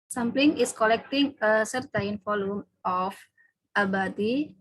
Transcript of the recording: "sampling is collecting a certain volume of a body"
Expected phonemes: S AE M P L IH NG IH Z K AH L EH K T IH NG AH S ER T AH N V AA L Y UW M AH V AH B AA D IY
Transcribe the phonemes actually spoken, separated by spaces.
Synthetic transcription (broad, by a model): S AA M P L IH NG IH S K AH L EH K T IH NG AH S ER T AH N F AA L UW M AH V AH B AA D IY